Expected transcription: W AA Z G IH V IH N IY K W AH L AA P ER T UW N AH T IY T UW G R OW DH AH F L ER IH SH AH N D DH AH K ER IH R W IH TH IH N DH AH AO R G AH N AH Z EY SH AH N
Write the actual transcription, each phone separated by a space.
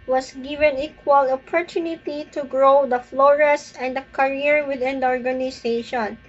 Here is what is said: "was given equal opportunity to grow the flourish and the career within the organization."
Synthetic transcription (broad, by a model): W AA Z G IH V IH N IY K W AH L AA P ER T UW N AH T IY T UW G R OW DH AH F L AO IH S AH N D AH K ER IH R W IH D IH N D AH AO R G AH N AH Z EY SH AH N